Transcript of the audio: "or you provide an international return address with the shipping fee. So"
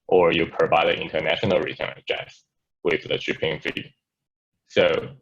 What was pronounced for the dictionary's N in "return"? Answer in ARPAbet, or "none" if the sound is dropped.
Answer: none